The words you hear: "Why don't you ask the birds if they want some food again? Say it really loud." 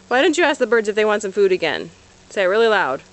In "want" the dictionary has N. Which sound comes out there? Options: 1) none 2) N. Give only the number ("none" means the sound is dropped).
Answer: 2